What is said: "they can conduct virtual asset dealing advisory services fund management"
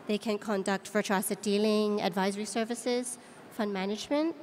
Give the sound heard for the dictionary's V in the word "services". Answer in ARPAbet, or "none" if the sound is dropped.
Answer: V